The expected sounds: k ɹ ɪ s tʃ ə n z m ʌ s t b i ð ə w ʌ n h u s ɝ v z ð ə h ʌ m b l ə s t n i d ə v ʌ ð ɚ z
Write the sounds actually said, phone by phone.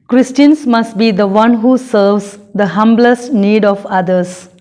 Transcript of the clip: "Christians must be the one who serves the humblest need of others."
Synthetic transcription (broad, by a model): k ɹ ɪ s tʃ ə n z m ʌ s t b i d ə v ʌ n h u s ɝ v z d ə h ʌ m b l ə s t n i d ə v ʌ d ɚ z